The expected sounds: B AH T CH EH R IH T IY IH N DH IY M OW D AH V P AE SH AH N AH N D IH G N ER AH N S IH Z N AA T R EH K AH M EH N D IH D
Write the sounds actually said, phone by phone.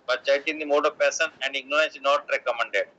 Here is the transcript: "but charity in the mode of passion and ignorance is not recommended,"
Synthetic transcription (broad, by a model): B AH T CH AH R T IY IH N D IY M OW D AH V P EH S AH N AH N D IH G N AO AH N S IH N AA T R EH K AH M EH N D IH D